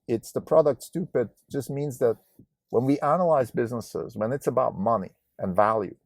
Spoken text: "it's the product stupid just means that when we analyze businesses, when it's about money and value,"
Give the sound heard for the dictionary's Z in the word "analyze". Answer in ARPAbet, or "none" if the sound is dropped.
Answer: Z